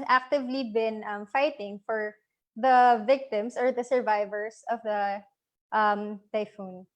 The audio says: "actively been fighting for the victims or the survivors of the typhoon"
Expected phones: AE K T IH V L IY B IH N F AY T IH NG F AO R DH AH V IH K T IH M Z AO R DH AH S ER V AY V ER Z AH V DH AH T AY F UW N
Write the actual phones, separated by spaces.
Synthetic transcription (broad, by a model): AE K T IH V L IY B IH N F AY T IH NG F AO R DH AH V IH K T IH M S AO R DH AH S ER V AY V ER S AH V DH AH T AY F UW N